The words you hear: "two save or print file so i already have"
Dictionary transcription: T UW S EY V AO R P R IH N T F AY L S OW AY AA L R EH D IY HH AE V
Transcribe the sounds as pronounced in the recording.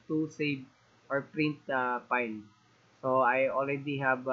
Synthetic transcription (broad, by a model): T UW S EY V AO R P R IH N T P AY N S OW AY AA L R EH D IY HH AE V